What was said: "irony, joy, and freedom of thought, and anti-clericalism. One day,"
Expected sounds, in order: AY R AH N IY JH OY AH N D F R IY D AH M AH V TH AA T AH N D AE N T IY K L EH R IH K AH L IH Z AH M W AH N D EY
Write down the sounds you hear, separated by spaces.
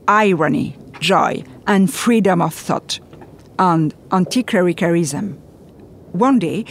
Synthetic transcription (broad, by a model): AY R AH N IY JH OY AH N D F R IY D AH M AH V TH AA T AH N D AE N T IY K EH R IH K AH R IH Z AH M W AH N D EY